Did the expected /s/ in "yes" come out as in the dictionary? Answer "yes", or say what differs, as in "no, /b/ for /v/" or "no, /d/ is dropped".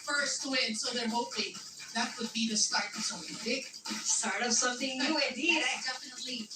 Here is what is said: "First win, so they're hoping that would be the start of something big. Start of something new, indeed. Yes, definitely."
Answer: no, /s/ is dropped